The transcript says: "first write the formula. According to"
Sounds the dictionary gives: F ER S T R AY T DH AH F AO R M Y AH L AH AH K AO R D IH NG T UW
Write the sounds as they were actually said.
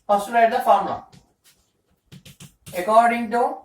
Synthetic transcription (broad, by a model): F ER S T L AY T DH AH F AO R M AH AH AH K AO R D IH NG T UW